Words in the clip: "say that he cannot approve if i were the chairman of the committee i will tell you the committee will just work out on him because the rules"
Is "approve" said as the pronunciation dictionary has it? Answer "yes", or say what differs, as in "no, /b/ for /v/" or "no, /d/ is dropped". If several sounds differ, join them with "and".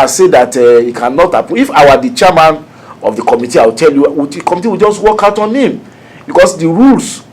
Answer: no, /ɹ/ is dropped and /v/ is dropped